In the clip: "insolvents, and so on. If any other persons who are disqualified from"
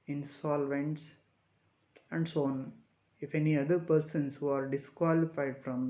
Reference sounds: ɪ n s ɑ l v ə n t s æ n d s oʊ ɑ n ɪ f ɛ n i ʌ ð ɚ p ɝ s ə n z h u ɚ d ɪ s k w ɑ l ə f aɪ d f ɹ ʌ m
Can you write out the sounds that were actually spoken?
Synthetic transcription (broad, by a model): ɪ n s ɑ l v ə n t s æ n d s oʊ ɑ n ɪ f ɛ n i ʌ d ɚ p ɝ s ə n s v ɚ d ɪ s k w ɑ l ə f aɪ d f ɹ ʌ m